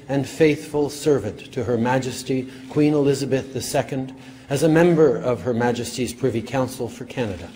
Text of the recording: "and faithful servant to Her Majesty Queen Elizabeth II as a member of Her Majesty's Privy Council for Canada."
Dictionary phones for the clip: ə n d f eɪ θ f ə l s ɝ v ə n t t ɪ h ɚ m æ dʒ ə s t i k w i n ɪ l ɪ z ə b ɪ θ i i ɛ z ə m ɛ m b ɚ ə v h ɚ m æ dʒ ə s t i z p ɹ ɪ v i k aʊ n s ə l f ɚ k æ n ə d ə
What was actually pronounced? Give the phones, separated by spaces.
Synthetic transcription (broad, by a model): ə n f eɪ θ f ə l s ɝ v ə n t t ɪ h ɚ m æ dʒ ə s t i k w i n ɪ l ɪ z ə b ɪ θ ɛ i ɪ z ə m ɛ m b ɚ ə v ɚ m æ dʒ ə s t i z p ɹ ɪ v i k aʊ n s l f ɚ k æ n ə d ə